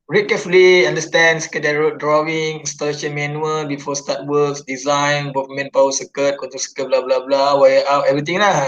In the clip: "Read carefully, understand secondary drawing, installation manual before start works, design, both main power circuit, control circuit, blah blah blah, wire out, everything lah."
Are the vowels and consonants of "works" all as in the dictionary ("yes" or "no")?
no